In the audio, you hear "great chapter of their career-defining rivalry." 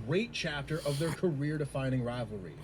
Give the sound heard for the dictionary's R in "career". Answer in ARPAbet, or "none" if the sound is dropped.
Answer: R